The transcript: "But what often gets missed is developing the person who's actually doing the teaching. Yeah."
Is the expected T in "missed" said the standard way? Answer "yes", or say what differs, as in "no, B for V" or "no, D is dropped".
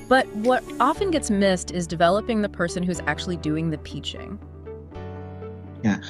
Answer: yes